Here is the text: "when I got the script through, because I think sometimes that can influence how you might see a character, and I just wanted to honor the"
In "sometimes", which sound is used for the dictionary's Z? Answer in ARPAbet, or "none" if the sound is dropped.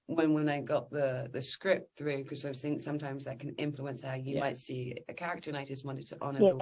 Z